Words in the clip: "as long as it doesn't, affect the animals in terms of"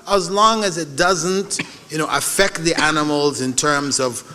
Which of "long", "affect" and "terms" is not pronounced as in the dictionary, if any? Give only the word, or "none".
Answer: none